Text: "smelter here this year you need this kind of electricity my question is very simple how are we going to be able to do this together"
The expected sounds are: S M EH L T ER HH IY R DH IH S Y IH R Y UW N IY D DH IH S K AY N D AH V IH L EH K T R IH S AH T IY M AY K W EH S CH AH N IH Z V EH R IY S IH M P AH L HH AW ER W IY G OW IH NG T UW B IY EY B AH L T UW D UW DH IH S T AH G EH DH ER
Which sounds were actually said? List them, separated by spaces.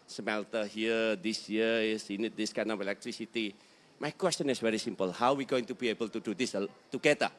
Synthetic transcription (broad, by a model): S M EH L T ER HH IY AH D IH S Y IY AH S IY N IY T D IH S K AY N AH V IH L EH K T R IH S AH T IY M AY K W EH S CH AH N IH S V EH R IY S IH M P AH L HH AW W IY G OW IH NG T UW B IY EY B AH L T UW D UW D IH S T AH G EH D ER